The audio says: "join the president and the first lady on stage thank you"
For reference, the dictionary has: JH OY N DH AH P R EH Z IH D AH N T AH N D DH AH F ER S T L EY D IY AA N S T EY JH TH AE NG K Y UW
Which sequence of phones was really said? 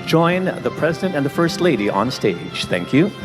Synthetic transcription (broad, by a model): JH OY N DH AH P R EH Z IH D AH N T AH N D DH AH F ER S T L EY D IY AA N S T EY JH TH AE NG K Y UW